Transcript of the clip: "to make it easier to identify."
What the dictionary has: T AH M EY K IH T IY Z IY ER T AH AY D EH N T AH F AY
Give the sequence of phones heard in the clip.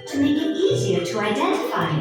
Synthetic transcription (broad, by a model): T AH M EY K IH T IY Z IY ER T AH AY D EH N T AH F AY